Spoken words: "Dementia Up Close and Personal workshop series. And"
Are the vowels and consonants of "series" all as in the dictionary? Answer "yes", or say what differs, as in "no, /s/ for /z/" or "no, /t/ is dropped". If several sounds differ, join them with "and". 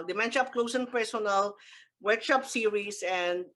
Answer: no, /s/ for /z/